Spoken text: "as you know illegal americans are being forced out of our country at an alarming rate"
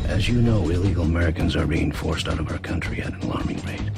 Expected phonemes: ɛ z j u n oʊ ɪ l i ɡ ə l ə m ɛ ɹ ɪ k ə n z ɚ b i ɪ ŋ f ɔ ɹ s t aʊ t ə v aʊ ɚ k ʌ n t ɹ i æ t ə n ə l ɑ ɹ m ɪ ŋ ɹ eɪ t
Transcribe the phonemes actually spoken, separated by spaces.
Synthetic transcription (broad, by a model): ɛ z j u n oʊ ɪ l i ɡ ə l ə m ɛ ɹ ɪ k ə n z ɚ b i ɪ ŋ f ɔ ɹ s t aʊ t ə v aʊ ɚ k ʌ n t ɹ i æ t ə n l ɑ ɹ m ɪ ŋ ɹ eɪ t